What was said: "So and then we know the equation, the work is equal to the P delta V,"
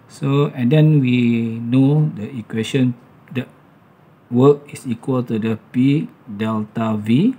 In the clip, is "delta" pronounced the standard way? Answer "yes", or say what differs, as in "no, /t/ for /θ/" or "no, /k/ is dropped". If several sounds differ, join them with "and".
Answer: yes